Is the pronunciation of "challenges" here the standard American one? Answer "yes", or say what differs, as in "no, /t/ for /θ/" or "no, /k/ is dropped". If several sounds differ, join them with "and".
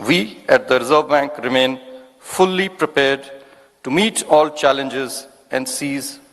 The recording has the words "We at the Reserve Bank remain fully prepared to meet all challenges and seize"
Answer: yes